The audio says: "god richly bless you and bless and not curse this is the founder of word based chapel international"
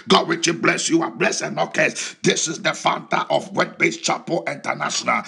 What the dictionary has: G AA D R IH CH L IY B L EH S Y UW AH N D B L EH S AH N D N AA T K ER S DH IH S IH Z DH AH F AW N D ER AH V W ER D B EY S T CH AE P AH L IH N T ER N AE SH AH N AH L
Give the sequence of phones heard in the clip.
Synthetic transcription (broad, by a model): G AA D W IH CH IY B L EH S Y UW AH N B L EH S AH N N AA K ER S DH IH S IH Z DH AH F AW N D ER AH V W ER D B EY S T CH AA P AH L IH N T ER N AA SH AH N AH L